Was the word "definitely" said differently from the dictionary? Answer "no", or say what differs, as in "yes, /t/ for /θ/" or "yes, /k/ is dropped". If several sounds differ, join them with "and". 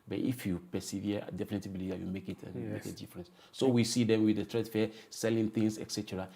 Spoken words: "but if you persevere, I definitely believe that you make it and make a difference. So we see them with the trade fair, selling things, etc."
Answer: yes, /l/ is dropped